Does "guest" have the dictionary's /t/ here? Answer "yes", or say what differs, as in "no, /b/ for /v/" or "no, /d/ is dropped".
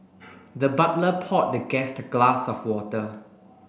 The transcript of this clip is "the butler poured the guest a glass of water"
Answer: yes